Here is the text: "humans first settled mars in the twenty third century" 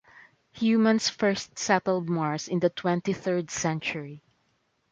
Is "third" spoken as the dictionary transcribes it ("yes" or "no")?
yes